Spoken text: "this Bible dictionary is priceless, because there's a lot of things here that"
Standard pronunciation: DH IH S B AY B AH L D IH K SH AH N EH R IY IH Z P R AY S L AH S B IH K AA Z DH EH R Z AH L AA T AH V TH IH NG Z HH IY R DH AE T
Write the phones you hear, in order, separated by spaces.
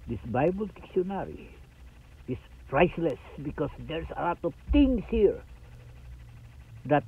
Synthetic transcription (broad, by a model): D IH S B AY B AH L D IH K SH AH N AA R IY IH S P R AY S L AH S B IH K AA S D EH R S AH L AA T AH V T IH NG S HH IY R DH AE T